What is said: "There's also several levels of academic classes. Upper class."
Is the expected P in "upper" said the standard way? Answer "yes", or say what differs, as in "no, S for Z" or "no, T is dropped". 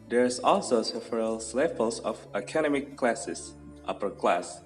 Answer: yes